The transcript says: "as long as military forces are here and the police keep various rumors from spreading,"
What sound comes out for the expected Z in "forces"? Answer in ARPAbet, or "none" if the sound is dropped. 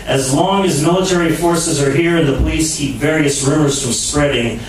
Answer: Z